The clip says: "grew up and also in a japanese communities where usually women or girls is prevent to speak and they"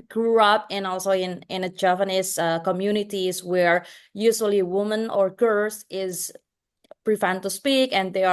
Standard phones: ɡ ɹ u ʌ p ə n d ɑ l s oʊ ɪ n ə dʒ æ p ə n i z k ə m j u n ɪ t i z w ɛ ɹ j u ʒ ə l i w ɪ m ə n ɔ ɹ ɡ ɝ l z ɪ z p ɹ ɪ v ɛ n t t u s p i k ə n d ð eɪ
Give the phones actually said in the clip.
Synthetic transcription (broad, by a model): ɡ ɹ u ʌ p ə n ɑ l s oʊ ɪ n ə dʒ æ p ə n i s k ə m j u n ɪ t i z w ɛ ɹ j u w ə l i w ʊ m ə n ɔ ɹ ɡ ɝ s ɪ z p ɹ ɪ f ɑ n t t u s p i k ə n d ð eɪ